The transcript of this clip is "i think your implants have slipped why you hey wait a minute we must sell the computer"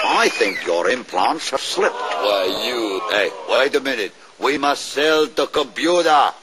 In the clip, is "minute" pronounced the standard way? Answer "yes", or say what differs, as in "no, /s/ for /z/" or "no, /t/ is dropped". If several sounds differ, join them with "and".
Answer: yes